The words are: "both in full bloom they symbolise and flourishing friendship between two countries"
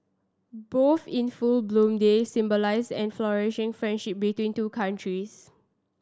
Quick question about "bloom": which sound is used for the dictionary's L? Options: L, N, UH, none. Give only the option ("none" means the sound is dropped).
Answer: L